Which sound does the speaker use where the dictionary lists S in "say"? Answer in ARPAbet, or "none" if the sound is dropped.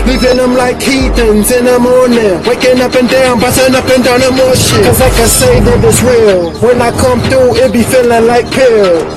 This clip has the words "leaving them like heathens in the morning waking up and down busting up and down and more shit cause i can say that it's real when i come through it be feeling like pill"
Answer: S